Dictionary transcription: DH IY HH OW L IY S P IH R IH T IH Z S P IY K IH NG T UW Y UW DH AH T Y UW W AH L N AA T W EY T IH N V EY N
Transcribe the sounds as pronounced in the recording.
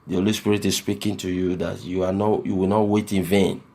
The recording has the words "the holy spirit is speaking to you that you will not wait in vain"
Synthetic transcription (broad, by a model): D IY HH OW L IY S P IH R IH T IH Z S P IY K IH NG T UW Y UW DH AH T Y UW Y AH W N AA T W EY T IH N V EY N